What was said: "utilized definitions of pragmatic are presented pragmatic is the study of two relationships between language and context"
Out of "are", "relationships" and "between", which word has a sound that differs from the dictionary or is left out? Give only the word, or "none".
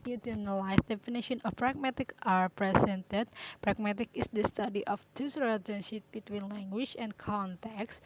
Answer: relationships